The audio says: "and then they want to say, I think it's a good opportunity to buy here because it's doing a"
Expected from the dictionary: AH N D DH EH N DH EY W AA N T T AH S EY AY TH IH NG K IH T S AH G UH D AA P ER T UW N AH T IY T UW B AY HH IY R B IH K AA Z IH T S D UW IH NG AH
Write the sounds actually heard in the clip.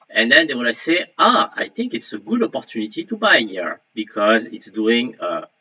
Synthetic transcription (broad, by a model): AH N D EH N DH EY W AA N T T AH S EY AY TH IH NG K IH T S AH G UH D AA P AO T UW N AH T IY T UW B AY HH IY R B IH K AA Z IH T S D UW IH NG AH